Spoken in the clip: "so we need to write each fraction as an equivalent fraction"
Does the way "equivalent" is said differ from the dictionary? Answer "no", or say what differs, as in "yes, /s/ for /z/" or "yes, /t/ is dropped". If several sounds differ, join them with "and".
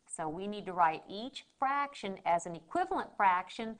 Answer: no